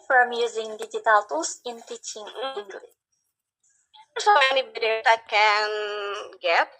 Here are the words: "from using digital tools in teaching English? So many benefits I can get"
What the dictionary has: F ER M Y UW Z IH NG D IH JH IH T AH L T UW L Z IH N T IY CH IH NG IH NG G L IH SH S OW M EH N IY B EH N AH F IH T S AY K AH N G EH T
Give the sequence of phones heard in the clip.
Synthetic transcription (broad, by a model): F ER M Y UW Z IH NG D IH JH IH T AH L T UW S IH N T IY CH IH NG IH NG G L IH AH S OW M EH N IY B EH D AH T AY K AH N G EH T